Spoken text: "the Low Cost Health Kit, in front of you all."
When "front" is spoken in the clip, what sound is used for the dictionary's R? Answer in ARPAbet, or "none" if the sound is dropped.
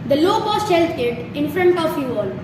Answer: R